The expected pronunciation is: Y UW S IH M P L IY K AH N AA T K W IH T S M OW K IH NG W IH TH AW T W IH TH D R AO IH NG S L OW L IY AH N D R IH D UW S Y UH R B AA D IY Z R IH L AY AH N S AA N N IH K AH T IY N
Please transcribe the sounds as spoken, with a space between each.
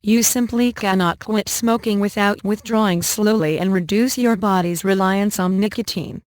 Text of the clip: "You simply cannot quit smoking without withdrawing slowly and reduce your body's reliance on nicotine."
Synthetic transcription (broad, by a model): Y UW S IH M P L IY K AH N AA T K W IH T S M OW K IH NG W IH TH AW T W IH TH D R AO IH NG S L OW L IY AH N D R IH D UW S Y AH R B AA D IY Z R IH L AY AH N S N N IH K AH T IY N